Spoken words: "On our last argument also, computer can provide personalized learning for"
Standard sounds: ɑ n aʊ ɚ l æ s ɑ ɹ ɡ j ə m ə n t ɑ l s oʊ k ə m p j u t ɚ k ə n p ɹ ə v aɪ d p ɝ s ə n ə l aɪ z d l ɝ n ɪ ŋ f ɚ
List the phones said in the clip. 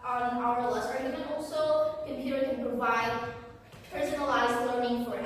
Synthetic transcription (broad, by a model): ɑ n aʊ ɚ l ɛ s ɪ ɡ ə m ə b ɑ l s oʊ k ə m p j u t ɚ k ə n p ɹ ə v aɪ d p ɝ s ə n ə l aɪ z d l ɝ n ɪ ŋ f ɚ